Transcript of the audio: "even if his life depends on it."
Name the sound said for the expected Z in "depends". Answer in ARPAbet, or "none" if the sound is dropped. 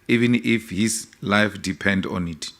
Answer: none